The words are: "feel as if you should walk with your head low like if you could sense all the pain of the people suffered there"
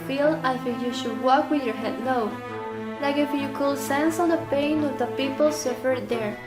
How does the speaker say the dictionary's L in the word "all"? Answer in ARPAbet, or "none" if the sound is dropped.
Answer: N